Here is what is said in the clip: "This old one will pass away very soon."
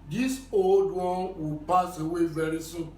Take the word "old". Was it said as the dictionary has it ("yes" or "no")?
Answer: yes